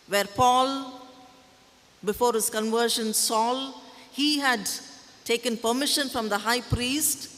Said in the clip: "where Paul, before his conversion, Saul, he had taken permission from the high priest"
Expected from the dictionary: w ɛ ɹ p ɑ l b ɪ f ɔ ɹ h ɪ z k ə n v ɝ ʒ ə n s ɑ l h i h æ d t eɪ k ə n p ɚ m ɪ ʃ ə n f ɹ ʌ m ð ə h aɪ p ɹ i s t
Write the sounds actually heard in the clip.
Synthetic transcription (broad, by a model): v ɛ ɹ p ɑ l b ɪ f ɔ ɹ h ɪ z k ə n v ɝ ʃ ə n s ɑ l h i h æ d t eɪ k ə n p ɚ m ɪ ʃ ə n f ɹ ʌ m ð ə h aɪ p ɹ i s t